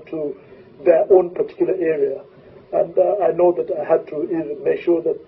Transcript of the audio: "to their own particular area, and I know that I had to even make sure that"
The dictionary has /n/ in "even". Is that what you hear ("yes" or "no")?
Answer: yes